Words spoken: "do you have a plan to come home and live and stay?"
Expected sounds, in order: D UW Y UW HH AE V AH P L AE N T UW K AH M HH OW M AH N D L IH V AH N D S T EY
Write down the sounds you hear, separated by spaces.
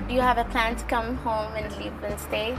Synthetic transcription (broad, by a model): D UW Y UW HH AE V AH P L AE N T UW K AH M HH OW M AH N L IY B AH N S T EY